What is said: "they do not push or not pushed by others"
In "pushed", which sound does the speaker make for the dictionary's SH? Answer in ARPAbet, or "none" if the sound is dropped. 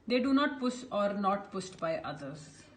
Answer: S